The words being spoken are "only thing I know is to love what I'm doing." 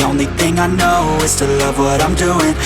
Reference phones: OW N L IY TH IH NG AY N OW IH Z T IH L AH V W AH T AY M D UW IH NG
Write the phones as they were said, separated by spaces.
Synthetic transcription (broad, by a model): OW N L IY TH IH NG AY N OW IH Z T IH L AH V W AH T AY M D UW IH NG